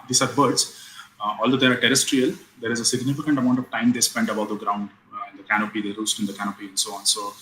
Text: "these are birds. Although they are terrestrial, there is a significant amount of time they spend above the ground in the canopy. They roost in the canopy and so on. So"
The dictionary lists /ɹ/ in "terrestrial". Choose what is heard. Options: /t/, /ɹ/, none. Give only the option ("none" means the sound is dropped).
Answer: /ɹ/